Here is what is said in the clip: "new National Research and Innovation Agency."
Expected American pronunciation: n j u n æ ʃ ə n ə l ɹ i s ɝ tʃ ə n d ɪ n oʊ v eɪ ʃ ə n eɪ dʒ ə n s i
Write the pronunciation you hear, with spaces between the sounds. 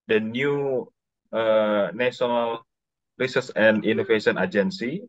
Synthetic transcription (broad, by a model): n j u n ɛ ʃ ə n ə l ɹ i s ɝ s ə n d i n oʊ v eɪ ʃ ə n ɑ dʒ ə n s i